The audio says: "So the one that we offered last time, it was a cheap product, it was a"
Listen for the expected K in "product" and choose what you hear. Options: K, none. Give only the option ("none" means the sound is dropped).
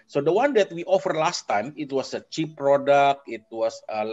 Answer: K